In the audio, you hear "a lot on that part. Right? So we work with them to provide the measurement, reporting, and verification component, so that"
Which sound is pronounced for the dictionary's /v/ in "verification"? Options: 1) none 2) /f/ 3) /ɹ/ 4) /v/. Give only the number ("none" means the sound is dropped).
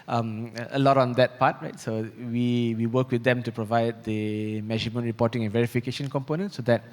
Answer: 4